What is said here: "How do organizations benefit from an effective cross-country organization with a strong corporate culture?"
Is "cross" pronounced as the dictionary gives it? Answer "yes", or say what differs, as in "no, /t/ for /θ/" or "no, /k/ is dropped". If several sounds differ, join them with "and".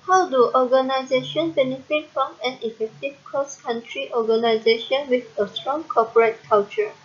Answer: no, /ɹ/ is dropped